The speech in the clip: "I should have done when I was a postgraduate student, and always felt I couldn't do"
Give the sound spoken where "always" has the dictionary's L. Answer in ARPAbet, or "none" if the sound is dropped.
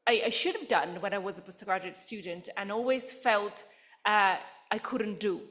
L